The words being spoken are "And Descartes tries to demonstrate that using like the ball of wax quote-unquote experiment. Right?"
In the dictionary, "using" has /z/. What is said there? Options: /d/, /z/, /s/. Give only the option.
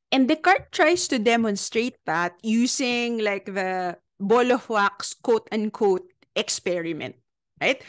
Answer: /s/